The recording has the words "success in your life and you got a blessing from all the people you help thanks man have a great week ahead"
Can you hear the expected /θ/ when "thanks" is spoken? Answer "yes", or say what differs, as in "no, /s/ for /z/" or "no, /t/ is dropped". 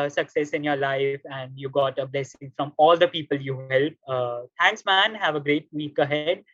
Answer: no, /t/ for /θ/